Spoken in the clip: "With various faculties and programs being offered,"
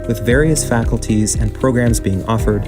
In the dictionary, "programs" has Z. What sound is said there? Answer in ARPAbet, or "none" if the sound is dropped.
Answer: Z